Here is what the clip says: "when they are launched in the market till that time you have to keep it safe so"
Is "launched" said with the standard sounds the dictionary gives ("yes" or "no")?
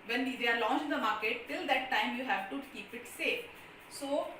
no